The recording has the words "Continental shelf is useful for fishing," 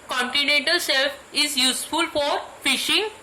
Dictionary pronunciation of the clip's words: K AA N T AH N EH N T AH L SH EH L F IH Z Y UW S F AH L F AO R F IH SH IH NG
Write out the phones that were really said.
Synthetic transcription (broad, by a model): K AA N T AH N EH N T AH L S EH L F IH Z Y UW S F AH L F AO R F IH SH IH NG